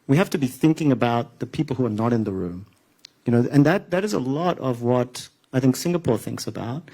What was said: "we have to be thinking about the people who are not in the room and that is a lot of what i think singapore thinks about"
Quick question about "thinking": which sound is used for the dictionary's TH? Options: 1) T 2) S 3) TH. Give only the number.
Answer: 3